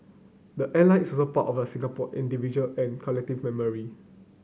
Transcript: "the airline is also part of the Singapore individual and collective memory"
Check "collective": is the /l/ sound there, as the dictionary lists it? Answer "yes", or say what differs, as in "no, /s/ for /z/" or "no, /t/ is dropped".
yes